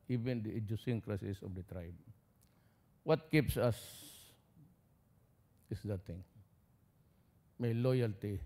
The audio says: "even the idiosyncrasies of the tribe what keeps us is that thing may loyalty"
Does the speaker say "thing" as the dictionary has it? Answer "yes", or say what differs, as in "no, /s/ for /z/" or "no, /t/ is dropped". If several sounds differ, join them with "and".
no, /t/ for /θ/